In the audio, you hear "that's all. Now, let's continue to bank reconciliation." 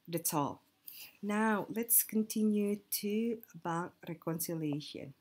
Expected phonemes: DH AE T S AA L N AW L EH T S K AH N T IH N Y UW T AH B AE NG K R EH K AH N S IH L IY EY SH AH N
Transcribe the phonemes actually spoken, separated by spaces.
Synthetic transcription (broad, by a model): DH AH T AA L N AW L EH T S K AH N T IH N Y UW T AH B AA K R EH K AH N S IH L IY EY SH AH N